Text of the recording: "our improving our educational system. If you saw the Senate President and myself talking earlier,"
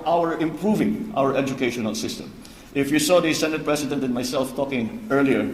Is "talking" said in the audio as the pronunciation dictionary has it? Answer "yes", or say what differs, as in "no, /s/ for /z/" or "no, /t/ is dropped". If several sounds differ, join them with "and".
yes